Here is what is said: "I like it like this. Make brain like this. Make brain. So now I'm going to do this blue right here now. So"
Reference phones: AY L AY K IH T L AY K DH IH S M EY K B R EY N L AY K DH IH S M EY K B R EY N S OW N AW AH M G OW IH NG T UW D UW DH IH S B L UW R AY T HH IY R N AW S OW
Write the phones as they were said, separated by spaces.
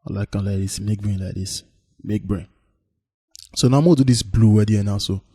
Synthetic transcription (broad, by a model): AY L AY K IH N L AY K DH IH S M EY K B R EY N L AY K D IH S M EY K B R EY N S OW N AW AH M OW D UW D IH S B L UW W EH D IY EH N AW S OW